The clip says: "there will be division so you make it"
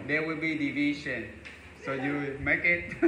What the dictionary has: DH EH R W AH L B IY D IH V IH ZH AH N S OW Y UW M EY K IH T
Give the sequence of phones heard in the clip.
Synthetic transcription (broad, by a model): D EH W AH L B IY D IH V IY SH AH N S OW Y UW M EY K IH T